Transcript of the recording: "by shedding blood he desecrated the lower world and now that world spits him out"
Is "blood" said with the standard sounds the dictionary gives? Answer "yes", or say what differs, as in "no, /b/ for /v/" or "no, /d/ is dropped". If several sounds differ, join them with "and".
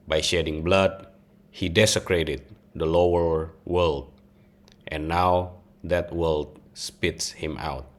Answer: yes